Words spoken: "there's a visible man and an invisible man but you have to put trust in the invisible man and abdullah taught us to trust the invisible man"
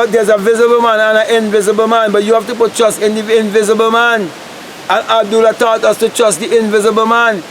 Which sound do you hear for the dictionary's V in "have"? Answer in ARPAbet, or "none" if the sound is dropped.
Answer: F